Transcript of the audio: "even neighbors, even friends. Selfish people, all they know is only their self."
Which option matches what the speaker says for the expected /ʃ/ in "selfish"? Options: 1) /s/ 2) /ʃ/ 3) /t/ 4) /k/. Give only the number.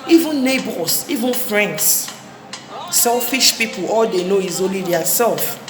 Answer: 2